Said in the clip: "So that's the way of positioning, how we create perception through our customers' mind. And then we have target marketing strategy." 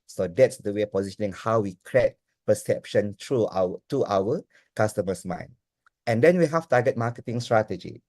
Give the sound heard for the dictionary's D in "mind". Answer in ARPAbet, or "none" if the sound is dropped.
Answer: none